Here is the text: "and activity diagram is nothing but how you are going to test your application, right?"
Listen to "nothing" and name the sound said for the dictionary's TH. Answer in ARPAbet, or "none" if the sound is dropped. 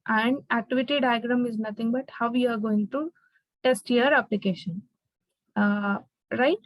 T